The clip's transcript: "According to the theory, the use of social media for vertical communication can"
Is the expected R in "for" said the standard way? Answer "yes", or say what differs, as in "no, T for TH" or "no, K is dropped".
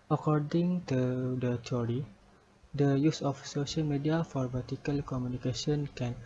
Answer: yes